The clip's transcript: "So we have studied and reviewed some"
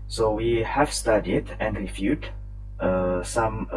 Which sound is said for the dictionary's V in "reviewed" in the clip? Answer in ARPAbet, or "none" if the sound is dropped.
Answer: F